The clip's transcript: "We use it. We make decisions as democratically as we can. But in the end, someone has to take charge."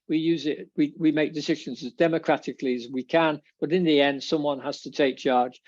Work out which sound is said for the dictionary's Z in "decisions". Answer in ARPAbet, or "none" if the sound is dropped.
Z